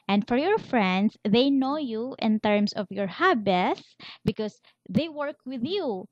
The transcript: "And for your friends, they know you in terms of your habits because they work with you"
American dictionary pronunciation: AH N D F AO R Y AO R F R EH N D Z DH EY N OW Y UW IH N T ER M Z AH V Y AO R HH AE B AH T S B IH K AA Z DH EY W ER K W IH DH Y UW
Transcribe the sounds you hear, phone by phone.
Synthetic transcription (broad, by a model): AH N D F AO R Y AO R F R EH N D S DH EY N OW Y UW IH N T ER M S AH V Y AO R HH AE B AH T S B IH K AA S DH EY W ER K W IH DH Y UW